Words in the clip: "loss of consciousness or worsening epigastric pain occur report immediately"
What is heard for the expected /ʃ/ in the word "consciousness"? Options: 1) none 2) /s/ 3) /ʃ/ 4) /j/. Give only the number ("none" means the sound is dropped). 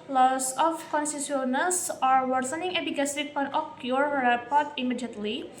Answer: 2